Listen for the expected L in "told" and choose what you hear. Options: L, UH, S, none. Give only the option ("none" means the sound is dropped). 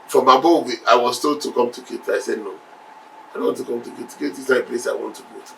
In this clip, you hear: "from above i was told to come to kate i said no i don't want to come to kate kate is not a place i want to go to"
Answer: none